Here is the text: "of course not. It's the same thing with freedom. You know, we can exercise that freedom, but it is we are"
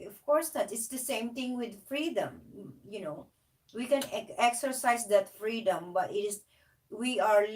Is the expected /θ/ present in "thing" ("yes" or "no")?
no